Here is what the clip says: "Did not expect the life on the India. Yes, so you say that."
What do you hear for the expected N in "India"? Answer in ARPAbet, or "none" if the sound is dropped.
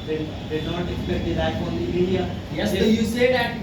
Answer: none